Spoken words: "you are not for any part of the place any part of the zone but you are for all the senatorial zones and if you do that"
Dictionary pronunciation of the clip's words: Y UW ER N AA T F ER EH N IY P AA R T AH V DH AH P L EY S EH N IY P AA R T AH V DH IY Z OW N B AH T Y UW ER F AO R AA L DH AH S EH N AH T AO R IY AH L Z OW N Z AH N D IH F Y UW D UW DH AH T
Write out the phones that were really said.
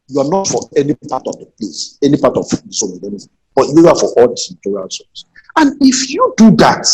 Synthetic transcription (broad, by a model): Y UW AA N AA T F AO EH N IY P AA T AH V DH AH P L EY S EH N IY P AA T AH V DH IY S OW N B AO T Y UW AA F AO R AA L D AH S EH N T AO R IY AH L S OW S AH N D IH F Y UW D UW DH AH T